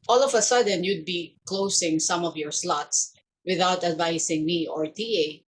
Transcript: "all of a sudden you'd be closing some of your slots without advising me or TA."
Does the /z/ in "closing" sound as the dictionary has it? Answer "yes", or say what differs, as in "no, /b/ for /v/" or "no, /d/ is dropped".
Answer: no, /s/ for /z/